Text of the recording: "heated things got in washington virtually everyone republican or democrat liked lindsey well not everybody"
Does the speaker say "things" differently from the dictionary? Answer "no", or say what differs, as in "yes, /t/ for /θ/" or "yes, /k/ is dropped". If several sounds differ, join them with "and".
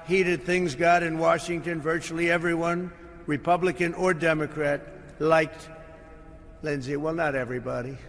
no